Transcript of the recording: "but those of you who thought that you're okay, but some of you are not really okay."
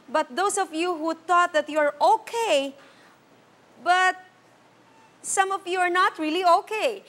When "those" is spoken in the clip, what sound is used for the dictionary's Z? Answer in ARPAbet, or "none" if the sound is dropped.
S